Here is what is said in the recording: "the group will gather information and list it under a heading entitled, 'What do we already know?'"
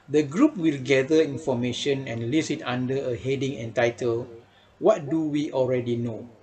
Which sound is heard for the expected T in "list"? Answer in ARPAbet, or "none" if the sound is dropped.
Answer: none